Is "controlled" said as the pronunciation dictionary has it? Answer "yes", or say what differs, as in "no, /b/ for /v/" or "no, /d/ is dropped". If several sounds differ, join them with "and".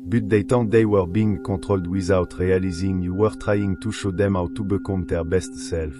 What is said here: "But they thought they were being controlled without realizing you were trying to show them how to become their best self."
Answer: no, /n/ is dropped